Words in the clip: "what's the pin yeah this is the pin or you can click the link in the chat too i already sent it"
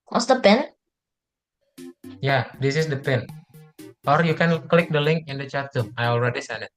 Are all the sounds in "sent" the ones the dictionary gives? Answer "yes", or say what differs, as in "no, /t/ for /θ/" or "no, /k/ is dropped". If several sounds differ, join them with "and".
no, /t/ is dropped